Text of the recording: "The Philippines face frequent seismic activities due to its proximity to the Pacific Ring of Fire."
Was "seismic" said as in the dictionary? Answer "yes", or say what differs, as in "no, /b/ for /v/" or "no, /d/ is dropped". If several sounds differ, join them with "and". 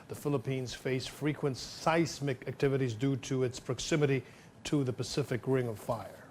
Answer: no, /s/ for /z/